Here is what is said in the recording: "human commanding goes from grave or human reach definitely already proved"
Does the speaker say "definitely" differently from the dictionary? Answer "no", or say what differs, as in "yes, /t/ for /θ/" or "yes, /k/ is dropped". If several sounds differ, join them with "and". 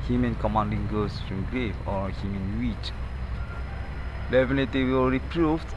yes, /l/ is dropped